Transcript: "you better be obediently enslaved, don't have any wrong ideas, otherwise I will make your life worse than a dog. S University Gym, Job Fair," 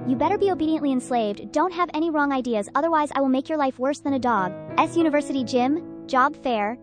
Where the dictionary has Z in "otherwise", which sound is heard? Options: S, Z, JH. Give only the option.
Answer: Z